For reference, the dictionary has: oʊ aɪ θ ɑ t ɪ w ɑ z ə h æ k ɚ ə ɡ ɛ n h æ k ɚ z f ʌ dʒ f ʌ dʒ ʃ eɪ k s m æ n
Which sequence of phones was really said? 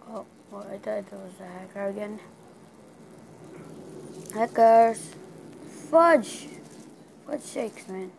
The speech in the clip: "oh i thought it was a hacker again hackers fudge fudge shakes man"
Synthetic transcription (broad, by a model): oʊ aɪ t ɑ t ɪ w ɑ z ə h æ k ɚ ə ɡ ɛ n h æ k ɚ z f ʌ dʒ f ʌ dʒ ʃ eɪ k s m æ n